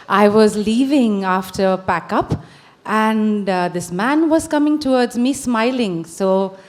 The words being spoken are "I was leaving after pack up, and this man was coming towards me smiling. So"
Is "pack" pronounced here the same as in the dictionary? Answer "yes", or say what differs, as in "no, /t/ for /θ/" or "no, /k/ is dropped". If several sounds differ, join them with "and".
no, /b/ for /p/